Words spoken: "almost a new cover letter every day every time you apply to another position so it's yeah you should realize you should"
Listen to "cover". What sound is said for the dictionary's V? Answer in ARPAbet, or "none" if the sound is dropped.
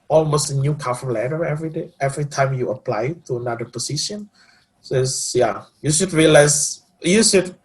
F